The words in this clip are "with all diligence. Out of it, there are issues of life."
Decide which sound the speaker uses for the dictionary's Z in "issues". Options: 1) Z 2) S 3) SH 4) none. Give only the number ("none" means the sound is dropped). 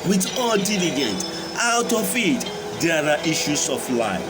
2